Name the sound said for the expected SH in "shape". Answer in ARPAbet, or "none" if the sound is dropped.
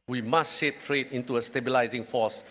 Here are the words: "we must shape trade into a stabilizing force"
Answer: SH